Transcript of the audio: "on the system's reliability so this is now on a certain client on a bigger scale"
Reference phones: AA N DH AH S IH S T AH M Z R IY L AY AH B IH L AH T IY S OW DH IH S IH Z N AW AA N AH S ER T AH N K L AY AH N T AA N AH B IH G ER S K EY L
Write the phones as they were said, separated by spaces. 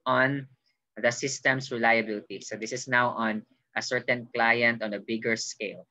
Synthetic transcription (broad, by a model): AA N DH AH S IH S T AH M S R IY L AY AH B IH L AH T IY S OW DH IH S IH S N AW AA N AH S ER T AH N K L AY AH N T AA N AH B IH G ER S K EY L